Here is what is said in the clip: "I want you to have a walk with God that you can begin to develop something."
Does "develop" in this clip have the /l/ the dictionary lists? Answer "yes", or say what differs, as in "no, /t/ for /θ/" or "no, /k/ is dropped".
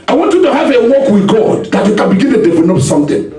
no, /n/ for /l/